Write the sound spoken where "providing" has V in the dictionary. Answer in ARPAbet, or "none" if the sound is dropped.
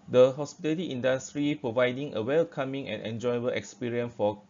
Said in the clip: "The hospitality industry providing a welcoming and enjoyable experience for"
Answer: V